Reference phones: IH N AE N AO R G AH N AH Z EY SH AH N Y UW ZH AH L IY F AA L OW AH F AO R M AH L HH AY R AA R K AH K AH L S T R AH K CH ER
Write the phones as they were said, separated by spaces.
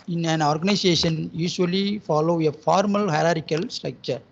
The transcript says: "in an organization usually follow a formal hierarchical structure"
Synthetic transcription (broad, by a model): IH N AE N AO R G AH N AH S EY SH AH N Y UW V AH L IY F AA L OW AH F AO R M AH L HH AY R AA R AH K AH L S T R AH K CH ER